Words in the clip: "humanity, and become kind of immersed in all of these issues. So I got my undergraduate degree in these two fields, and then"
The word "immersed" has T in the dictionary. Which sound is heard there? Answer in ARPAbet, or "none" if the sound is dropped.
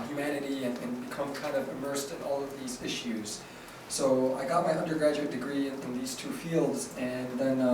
T